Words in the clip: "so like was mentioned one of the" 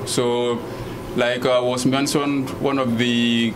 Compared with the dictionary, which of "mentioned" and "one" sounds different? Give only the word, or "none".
mentioned